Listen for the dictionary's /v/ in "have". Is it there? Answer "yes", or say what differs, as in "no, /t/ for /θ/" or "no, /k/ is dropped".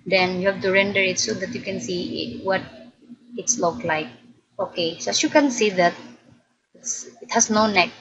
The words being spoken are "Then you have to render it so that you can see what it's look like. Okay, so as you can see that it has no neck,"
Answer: no, /f/ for /v/